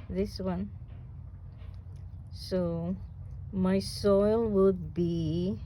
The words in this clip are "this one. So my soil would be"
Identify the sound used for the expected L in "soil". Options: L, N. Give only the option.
L